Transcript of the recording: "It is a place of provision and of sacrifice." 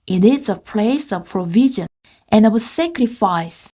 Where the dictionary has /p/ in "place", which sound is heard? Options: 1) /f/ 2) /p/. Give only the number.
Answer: 2